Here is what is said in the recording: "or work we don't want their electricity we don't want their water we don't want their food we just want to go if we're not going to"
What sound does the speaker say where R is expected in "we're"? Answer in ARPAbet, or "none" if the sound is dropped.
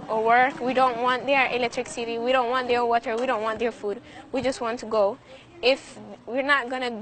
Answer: R